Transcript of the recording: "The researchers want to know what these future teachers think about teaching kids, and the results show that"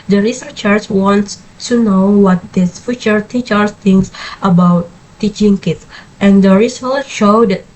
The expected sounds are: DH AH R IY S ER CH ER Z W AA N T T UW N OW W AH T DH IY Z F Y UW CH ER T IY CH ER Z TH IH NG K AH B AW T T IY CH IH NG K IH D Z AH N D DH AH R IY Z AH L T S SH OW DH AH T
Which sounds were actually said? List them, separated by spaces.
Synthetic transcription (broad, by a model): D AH R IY S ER CH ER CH W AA N T T UW N OW W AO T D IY S F Y UW CH ER T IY CH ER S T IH NG K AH B AW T T IY CH IH NG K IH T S AH N D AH R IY S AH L SH OW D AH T